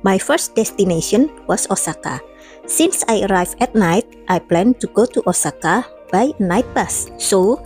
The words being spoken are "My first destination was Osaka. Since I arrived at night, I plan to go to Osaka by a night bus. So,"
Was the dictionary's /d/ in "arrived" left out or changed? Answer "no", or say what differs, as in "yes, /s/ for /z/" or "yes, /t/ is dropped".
yes, /d/ is dropped